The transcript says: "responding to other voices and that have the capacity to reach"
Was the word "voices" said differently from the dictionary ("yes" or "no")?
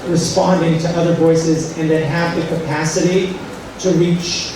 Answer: no